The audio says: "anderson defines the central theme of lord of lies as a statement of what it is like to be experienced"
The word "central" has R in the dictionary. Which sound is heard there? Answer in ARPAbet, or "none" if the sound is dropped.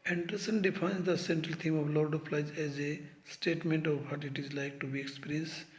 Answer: R